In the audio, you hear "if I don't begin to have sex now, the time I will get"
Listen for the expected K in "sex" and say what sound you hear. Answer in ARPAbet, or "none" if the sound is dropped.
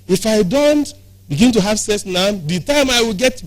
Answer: none